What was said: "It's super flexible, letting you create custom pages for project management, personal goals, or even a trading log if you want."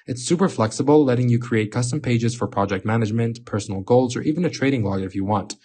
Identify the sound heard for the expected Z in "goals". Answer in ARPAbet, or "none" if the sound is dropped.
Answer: Z